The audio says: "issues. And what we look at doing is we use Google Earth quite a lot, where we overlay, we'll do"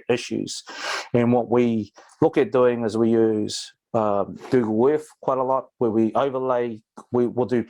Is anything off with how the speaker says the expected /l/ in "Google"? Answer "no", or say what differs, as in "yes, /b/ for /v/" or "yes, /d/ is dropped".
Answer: yes, /w/ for /l/